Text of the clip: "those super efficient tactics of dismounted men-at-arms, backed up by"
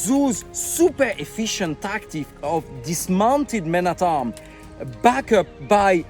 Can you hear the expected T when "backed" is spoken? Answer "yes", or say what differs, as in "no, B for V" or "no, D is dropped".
no, T is dropped